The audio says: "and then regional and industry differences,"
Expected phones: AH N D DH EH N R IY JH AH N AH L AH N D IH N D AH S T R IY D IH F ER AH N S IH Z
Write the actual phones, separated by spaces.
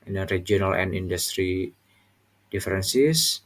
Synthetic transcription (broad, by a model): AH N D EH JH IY AH N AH L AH N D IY N D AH S T R IY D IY F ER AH N S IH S